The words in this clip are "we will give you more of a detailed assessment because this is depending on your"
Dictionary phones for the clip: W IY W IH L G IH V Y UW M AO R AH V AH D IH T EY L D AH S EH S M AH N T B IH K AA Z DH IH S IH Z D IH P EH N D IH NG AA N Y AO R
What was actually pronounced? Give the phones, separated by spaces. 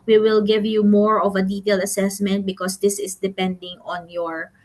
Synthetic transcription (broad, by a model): W IY W IH L G IH V Y UW M AO R AH V AH D IH T EY L D AH S EH S M AH N T B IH K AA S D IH S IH S D IH P EH N D IH NG AA N Y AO R